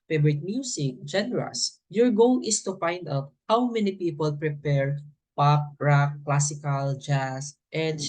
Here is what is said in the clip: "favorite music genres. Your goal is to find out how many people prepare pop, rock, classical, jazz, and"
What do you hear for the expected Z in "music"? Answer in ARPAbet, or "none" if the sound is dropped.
S